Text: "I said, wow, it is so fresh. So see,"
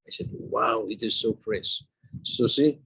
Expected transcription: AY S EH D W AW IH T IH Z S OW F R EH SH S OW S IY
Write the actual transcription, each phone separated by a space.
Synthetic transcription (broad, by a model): AY S EH D W AW IH T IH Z S OW P R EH S S OW S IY